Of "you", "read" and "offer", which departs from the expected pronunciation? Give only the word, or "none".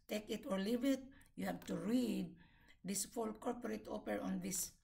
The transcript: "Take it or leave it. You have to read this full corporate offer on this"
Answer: offer